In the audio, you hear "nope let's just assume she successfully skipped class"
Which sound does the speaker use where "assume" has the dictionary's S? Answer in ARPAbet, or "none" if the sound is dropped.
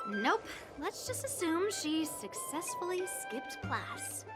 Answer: S